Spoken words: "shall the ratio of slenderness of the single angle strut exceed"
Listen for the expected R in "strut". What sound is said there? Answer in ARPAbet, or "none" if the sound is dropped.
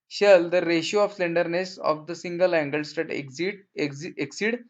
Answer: none